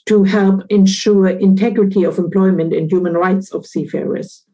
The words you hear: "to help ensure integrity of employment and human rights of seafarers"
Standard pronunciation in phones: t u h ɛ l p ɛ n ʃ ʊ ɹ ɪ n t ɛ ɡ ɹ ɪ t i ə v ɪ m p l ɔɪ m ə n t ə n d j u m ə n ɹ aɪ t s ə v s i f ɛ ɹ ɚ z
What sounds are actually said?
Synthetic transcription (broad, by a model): t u h ɛ l p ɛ n ʃ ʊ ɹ ɪ n t ɛ ɡ ɹ ɪ t i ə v ɪ m p l ɔɪ m ə n t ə n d j u m ə n ɹ aɪ t s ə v s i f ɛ ɹ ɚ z